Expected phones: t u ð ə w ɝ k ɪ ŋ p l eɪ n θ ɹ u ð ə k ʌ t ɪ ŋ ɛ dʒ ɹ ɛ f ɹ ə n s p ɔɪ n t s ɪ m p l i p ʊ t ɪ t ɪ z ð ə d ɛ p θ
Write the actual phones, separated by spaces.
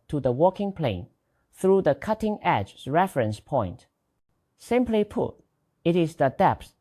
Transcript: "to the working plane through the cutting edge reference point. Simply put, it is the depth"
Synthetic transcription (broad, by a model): t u ð ə w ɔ k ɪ ŋ p l eɪ n θ ɹ u ð ə k ʌ t ɪ ŋ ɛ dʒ ɹ ɛ f ɹ ə n s p ɔɪ n t s ɪ m p l i p ʊ t ɪ t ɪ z ð ə d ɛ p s